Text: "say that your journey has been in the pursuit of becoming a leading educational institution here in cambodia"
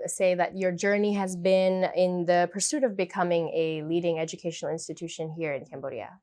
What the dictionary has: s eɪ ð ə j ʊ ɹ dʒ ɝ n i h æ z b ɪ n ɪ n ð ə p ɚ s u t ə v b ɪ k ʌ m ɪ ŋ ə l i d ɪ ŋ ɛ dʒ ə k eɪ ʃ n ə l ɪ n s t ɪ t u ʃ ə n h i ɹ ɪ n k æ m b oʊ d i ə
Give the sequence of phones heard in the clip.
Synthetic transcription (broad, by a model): s eɪ ð ə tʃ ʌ ɹ dʒ ɝ n i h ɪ z b ɪ n ɪ n ð ə p ɚ s u t ə v b ɪ k ʌ m ɪ ŋ ə l i d ɪ ŋ ɛ dʒ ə k eɪ ʃ n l ɪ n s t ɪ t u ʃ ə n h i ɹ ɪ n k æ m b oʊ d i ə